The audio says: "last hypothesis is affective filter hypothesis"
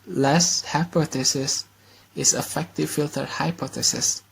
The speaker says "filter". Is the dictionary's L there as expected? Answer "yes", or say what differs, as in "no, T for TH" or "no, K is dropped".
yes